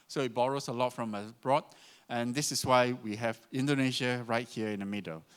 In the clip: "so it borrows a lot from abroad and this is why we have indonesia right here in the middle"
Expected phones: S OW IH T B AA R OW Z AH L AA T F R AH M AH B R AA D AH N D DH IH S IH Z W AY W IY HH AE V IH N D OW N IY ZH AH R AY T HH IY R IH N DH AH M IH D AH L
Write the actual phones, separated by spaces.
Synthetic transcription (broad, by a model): S OW IH T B AA R OW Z AH L AA T F R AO M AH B R AA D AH N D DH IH S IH S W AY W IY HH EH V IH N D OW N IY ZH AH R AY T HH IY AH IH N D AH M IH D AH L